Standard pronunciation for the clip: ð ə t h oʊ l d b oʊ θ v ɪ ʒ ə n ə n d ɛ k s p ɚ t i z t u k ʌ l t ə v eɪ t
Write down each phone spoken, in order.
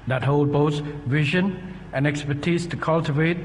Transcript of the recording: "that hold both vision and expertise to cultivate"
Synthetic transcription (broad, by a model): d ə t h oʊ l d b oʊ s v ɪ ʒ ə n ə n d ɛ k s p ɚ t i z t u k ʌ l t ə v eɪ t